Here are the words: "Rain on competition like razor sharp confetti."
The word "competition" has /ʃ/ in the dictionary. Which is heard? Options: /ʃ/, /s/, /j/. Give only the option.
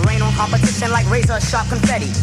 /s/